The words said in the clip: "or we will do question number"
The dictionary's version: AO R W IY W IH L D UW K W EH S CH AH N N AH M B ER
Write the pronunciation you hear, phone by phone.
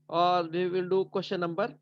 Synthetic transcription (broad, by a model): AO R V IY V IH L D UW K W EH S SH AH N N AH M B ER